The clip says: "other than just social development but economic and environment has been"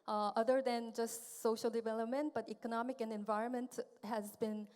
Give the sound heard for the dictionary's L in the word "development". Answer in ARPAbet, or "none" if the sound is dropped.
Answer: L